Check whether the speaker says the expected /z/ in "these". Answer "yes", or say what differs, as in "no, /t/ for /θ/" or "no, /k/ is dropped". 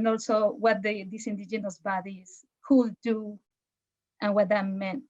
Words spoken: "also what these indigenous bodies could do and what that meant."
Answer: no, /s/ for /z/